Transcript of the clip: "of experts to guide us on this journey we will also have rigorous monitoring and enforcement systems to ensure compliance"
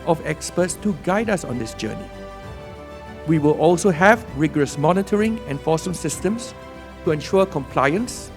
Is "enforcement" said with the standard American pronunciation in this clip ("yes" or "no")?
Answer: no